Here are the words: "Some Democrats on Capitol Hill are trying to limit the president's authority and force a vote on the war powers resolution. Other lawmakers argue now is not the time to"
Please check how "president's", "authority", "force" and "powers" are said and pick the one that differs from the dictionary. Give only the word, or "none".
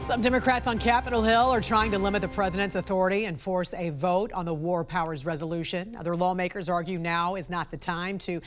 none